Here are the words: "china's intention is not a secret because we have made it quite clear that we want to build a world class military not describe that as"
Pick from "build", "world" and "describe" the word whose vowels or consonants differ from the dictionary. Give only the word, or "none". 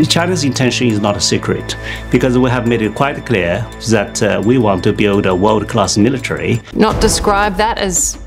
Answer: none